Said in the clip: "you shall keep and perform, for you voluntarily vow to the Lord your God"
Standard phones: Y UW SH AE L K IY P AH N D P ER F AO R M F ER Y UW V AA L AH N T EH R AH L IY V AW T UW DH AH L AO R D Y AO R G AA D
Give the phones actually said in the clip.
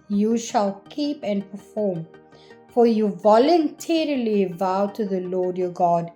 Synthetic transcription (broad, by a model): Y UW SH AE L K IY P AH N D P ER F AO M F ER Y UW V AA L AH N T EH R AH L IY V AW T UW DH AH L AO D Y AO G AA D